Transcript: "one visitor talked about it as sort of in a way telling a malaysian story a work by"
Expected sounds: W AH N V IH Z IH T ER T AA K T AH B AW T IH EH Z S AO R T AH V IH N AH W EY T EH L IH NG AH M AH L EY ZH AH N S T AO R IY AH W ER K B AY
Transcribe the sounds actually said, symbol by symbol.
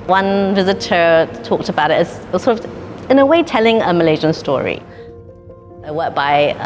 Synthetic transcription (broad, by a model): W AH N V IH Z IH T ER T AA K T AH B AW T IH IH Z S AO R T AH V IH N AH W EY T EH L IH NG AH M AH L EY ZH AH N S T AO R IY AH W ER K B AY